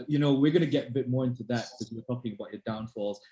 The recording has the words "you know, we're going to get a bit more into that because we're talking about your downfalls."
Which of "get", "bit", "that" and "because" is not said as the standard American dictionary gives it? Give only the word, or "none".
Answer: because